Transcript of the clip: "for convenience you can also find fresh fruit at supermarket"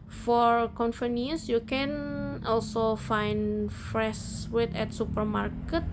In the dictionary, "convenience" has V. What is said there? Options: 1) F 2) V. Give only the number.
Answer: 1